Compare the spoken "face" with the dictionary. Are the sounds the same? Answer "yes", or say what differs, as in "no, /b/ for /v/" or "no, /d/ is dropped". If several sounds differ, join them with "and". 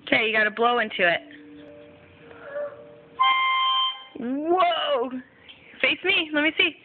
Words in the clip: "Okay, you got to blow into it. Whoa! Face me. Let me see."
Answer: yes